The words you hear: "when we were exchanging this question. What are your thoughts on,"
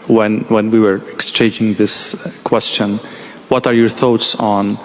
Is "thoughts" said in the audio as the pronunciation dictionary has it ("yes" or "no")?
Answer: yes